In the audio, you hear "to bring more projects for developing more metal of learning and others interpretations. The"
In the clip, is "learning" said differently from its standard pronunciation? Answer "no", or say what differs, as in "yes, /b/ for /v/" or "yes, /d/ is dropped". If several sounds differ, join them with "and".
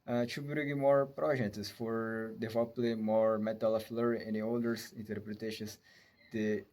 yes, /n/ is dropped